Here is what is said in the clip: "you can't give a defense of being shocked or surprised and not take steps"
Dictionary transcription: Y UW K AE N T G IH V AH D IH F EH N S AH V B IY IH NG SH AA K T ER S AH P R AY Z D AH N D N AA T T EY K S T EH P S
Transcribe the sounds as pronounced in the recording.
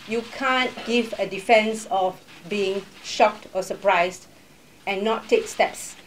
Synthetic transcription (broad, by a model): Y UW K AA N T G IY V AH D IH F EH N S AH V B IY IH NG SH AA K T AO S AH P R AY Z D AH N N AA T T EY K S T EH P S